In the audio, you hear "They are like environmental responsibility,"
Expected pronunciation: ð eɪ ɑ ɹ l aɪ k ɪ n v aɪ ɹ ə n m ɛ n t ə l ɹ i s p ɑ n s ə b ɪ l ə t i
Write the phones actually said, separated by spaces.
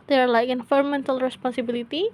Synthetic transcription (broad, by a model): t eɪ ɑ ɹ l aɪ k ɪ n f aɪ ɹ m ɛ n t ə l ɹ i s p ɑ n s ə b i l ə t i